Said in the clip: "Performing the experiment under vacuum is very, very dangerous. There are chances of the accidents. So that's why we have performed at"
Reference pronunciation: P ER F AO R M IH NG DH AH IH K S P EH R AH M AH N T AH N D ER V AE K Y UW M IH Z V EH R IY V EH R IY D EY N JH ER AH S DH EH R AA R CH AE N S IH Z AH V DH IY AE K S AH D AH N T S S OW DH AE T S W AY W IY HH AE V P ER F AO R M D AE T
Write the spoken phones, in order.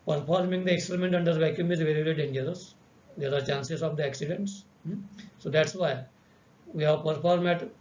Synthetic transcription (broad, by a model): P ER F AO R M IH NG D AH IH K S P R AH M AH N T AH N D ER V AE K Y UW M IH Z V EH R IY V EH R IY D EY N JH ER AH S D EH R AA R CH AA N S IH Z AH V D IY AE K S AH D AH N T S S OW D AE T S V AY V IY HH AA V P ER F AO R M AE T